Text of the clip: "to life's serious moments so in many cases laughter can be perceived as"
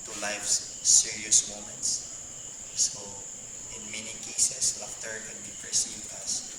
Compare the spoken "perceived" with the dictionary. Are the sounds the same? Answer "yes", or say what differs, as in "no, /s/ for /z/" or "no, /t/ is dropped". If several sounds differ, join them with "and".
no, /d/ is dropped